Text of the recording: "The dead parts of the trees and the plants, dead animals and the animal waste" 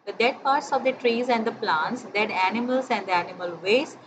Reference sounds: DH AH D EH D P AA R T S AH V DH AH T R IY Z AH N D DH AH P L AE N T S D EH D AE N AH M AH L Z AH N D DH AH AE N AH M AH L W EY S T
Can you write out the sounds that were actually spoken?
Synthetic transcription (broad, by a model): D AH D EH D P AA R T S AH V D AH T R IY Z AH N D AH P L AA N T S D EH D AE N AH M AH L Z AH N D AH AE N AH M AH L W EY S